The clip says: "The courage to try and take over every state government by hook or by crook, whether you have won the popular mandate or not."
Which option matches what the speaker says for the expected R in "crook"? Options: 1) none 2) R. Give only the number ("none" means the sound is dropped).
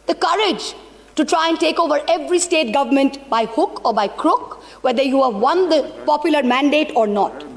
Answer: 2